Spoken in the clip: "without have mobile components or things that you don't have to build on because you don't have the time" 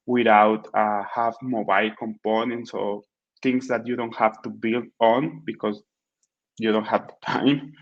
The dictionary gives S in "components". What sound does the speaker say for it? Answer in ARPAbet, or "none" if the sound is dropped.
S